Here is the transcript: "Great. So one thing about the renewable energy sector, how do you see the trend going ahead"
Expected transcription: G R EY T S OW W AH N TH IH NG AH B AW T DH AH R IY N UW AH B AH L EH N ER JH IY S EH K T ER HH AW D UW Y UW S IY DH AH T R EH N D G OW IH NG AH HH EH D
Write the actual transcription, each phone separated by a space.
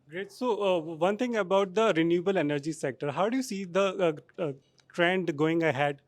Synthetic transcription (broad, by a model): G R EY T S OW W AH N T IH NG AH B AW T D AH R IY N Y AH B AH L EH N ER JH IY S EH K T ER HH AW D UW Y UW S IY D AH T R EH N D G OW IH NG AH HH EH D